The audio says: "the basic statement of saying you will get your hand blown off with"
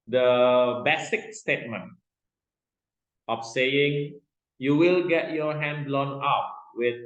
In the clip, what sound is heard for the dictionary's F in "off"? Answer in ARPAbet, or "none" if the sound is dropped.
P